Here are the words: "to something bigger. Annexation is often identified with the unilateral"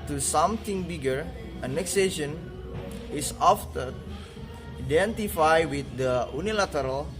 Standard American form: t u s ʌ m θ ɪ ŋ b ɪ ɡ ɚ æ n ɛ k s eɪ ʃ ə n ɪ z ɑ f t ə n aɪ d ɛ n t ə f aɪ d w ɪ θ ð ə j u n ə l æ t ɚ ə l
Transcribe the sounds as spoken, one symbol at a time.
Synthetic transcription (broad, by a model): t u s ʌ m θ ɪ ŋ b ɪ ɡ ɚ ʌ n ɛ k s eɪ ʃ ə n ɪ s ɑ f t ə aɪ d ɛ n t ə f aɪ w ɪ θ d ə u n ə l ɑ t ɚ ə l